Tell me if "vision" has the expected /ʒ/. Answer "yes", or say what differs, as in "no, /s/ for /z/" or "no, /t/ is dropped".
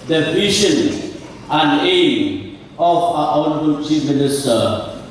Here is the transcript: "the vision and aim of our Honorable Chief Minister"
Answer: no, /ʃ/ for /ʒ/